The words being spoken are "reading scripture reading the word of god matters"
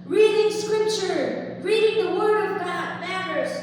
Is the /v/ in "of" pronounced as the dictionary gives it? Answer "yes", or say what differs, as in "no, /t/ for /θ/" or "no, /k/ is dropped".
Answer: yes